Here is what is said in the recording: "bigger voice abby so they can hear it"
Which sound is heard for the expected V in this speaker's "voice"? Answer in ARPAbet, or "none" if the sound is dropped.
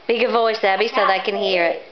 V